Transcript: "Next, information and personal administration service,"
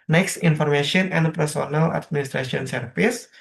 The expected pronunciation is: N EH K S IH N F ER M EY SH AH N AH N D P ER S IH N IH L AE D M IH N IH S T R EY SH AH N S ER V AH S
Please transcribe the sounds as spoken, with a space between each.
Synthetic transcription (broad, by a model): N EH K S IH N F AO M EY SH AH N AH N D P ER S IH N IH L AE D M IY N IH S T R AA S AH N S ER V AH S